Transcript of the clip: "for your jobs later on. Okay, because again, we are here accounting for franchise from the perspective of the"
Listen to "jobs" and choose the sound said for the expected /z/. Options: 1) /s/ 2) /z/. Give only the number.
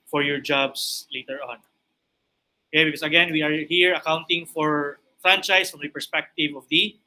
1